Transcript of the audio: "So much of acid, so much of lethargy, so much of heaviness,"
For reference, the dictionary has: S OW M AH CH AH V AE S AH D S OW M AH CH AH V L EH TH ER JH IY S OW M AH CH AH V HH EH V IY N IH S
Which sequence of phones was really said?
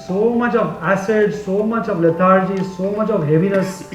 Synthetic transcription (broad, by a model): S OW M AH CH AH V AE S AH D S OW M AH CH AH V L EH T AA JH IY S OW M AH CH AH V HH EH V IY N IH S